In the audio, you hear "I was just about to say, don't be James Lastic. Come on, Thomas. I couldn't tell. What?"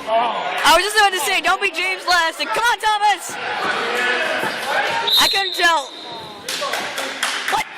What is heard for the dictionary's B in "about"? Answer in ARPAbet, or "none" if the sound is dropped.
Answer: none